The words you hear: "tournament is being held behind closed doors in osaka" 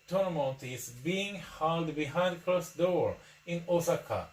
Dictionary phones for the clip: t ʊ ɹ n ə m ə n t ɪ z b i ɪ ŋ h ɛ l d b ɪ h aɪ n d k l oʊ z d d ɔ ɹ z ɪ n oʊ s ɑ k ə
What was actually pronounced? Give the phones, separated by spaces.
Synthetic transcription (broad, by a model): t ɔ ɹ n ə m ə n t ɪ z b i ɪ ŋ h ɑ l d b ɪ h aɪ n d k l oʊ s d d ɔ ɹ ɪ n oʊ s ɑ k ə